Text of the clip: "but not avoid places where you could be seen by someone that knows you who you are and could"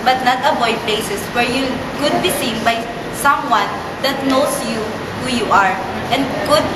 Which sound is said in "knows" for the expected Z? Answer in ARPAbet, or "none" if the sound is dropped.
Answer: S